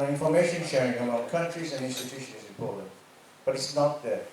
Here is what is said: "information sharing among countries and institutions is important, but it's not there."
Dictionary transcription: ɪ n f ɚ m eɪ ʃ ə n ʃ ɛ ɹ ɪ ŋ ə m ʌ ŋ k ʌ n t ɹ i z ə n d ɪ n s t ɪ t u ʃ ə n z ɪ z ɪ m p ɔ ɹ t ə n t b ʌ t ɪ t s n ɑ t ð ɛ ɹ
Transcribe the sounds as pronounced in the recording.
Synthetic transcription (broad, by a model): ɪ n f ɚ m eɪ ʃ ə n ʃ ɛ ɹ ɪ ŋ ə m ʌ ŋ k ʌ n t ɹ i z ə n ɪ n s t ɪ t u ʃ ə n ɪ z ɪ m p ɔ ɹ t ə n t b ʌ t ɪ t s n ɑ t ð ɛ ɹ